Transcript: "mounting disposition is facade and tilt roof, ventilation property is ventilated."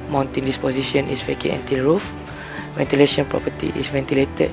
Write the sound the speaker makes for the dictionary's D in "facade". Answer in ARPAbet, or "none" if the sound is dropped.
none